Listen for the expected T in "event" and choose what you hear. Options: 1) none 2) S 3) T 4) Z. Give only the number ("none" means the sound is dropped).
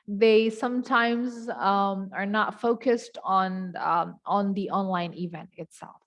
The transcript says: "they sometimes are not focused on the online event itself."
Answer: 3